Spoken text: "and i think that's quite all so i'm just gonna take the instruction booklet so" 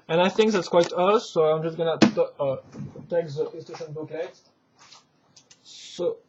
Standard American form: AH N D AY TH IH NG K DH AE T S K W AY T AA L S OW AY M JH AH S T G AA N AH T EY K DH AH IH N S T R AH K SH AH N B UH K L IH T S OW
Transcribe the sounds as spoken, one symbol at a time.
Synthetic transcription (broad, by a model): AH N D AY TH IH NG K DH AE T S K W AY T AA S OW AY M JH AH S G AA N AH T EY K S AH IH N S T EH SH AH N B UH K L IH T S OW